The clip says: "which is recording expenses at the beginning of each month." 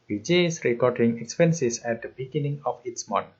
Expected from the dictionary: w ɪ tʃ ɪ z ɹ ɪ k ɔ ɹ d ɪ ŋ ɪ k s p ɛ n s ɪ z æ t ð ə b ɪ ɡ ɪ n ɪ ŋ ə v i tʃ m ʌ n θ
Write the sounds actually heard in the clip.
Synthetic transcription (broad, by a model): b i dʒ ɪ s ɹ ɪ k ɔ ɹ d ɪ ŋ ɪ k s p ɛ n s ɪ s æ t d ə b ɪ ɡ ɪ n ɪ ŋ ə f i s m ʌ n